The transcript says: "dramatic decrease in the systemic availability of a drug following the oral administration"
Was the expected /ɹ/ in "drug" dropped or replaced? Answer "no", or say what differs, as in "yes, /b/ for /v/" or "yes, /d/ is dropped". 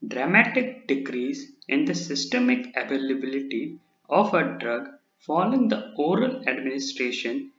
no